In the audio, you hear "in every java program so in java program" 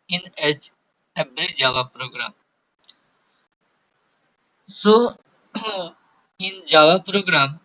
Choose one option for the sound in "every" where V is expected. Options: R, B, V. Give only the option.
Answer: B